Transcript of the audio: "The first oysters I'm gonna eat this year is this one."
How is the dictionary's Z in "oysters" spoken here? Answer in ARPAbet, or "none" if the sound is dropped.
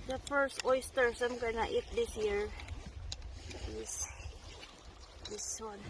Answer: S